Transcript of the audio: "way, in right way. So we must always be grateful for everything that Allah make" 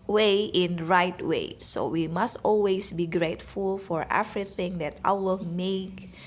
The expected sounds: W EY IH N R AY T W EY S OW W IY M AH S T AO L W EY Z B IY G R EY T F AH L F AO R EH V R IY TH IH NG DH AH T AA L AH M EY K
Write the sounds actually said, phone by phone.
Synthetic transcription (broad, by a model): W EY IH N R AY T W EY S OW W IY M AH S T AO L W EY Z B IY G R EY T F AH L F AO R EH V R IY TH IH NG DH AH T AA W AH M EY K